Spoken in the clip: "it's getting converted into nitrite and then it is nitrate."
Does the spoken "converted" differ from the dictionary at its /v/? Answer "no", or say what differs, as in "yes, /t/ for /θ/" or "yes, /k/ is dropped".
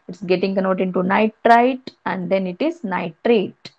yes, /v/ is dropped